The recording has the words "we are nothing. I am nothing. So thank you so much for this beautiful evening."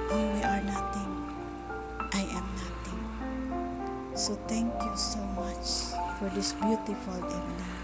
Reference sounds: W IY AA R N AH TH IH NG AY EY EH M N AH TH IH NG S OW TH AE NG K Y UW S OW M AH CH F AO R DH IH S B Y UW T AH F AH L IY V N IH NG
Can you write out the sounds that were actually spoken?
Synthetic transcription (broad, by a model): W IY AA R N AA T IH NG AY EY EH M N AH T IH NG S OW T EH NG K Y UW S OW M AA CH F AO R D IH S B Y UW T AH F AH L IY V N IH